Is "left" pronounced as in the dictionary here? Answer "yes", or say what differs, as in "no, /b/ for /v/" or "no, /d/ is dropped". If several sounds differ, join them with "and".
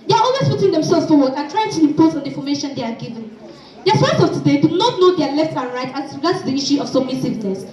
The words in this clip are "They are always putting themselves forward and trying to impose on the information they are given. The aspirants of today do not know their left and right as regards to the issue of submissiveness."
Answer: yes